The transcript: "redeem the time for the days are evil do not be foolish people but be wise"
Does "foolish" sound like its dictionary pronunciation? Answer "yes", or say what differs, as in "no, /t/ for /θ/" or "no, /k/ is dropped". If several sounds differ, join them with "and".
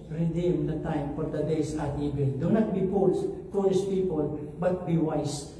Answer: no, /p/ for /f/ and /s/ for /ʃ/